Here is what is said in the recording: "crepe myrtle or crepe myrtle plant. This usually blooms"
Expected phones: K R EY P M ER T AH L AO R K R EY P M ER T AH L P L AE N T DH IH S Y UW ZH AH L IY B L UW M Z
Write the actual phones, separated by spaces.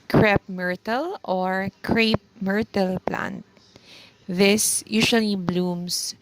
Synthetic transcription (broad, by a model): K R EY P M ER T AH L AO R K R EY P M ER T AH L P L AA N T DH IH S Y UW S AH L IY B L UW M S